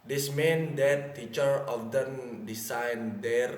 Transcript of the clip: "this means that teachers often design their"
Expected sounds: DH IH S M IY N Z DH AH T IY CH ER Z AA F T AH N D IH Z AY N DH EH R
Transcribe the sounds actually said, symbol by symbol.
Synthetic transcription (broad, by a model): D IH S M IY N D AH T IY CH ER AA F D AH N D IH S AY N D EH R